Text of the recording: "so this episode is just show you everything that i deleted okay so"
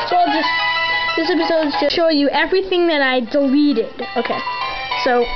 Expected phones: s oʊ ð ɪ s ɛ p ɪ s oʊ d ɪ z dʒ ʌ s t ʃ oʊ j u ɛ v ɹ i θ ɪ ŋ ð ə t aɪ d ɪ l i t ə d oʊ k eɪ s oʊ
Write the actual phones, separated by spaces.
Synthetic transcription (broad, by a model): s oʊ ð ɪ s ɛ p ɪ s oʊ d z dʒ ʌ ʃ oʊ j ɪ ɛ v ɹ i θ ɪ ŋ ð ə t aɪ d ɪ l i t ə d oʊ k eɪ s oʊ